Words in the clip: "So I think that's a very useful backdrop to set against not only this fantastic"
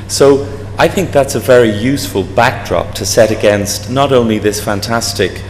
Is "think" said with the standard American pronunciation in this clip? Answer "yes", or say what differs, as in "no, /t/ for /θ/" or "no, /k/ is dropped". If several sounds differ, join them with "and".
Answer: yes